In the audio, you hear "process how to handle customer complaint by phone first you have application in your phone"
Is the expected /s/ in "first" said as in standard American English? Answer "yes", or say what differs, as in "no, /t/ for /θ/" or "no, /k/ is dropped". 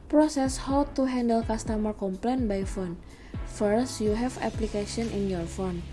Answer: yes